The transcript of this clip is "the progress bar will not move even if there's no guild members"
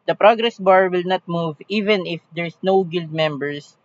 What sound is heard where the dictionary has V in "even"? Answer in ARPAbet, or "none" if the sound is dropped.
V